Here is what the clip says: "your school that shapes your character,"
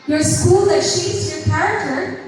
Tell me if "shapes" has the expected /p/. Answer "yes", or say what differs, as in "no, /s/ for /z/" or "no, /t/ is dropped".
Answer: no, /p/ is dropped